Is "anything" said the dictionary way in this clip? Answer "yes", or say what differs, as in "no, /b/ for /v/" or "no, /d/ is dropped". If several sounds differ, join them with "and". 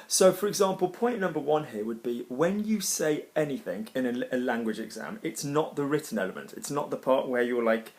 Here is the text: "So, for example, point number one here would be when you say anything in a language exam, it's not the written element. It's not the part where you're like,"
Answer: yes